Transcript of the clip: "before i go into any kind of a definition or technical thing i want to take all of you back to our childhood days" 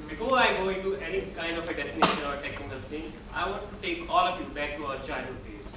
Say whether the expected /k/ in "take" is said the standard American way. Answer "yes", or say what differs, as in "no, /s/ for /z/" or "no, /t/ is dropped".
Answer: yes